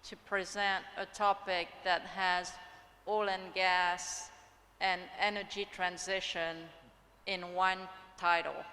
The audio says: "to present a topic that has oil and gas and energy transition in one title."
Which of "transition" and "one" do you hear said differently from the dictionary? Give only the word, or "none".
none